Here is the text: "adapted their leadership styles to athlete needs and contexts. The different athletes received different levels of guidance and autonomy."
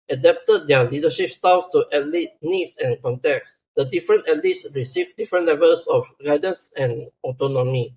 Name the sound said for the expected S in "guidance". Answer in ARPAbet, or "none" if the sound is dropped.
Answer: S